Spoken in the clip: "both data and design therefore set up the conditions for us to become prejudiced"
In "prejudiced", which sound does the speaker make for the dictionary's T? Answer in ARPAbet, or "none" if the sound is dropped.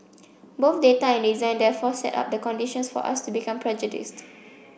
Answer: T